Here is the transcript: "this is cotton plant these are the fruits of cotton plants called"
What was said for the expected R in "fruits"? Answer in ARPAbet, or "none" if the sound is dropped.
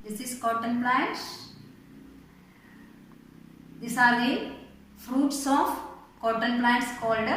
R